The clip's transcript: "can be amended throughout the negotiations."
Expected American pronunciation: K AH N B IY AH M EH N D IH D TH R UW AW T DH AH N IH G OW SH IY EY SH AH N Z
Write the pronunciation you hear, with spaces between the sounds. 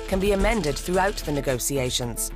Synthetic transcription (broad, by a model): K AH N B IY AH M EH N D IH D TH R UW AW T DH AH N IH G OW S IY EY SH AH N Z